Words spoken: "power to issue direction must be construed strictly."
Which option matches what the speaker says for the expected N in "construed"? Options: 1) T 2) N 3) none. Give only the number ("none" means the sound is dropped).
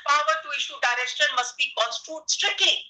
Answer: 3